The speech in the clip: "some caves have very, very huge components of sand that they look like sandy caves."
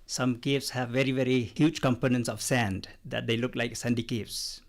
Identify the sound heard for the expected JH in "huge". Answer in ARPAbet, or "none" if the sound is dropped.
JH